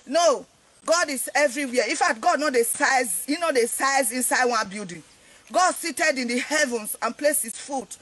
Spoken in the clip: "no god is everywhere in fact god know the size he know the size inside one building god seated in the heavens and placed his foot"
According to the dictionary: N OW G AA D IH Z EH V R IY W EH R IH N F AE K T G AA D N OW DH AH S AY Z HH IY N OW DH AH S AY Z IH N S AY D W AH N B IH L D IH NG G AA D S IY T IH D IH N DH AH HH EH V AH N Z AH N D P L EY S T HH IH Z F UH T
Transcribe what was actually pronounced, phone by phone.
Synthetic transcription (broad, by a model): N OW G AA D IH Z EH V R IY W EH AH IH F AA T G AA D N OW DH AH S AY Z HH IY N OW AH S AY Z IH N S AY D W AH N B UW D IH G AA D S IY T IH D IH N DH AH HH EH V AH N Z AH N P L EY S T HH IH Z F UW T